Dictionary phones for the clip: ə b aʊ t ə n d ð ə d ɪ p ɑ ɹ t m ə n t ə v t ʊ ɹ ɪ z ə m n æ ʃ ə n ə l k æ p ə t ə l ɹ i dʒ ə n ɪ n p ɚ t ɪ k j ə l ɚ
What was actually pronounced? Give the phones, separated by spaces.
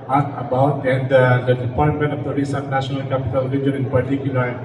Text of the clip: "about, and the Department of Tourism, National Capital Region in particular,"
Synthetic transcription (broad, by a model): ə b aʊ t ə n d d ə d ɪ p ɑ ɹ t m ə n t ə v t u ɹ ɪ s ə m n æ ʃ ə n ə l k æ p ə t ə l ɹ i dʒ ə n ɪ n p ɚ t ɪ k j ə l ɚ